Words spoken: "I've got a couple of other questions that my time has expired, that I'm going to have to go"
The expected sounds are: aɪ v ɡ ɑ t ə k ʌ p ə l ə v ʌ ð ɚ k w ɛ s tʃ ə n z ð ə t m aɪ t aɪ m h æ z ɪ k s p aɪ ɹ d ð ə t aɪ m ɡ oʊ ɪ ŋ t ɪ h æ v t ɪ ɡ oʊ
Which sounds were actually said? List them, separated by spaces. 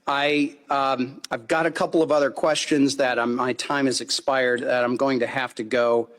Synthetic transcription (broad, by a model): aɪ v ɡ ɑ t ə k ʌ p l ə v ʌ ð ɚ k w ɛ s tʃ ə n z ð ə t m aɪ t aɪ m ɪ z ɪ k s p aɪ ɹ d ð ə t aɪ m ɡ oʊ ɪ ŋ t ɪ h æ f t ɪ ɡ oʊ